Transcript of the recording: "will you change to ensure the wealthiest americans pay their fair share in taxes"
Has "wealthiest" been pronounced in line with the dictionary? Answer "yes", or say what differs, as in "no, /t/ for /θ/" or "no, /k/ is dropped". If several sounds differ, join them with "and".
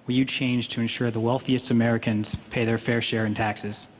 yes